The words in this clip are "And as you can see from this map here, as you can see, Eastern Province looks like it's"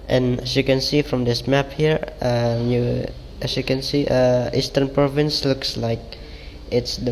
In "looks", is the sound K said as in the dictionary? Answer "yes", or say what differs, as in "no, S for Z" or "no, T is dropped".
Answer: yes